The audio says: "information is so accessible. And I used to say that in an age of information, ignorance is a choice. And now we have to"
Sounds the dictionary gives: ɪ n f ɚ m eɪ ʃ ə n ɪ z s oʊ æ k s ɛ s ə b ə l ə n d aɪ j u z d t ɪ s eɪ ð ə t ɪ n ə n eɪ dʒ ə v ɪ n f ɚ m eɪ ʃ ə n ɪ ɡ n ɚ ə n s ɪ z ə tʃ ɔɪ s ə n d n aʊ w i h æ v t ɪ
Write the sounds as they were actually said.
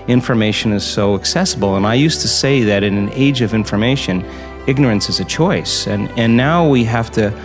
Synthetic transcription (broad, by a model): ɪ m f ɚ m eɪ ʃ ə n ɪ z s oʊ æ k s ɛ s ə b l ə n aɪ j u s t ɪ s eɪ ð ə t ɪ n ə n eɪ dʒ ə v ɪ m f ɚ m eɪ ʃ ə n ɪ ɡ n ɚ ə n s ɪ z ə tʃ ɔɪ s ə n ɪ n aʊ w i h æ f t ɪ